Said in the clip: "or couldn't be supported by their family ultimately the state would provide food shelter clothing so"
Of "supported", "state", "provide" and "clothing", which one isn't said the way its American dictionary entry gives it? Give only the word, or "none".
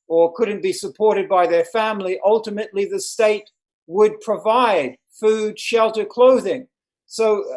none